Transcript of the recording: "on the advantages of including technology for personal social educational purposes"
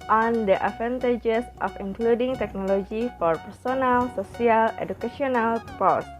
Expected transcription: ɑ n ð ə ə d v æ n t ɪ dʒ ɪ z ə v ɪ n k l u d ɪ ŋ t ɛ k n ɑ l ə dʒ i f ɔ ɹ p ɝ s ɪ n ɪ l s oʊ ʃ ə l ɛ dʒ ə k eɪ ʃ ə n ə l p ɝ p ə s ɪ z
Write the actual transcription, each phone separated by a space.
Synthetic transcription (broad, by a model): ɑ n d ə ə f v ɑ n t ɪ dʒ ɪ s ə f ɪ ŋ k l u d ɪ ŋ t ɛ k n ɑ l ə dʒ i f ɔ ɹ p ɝ s ɪ n ɪ l s oʊ s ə l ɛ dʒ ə k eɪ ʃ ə n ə l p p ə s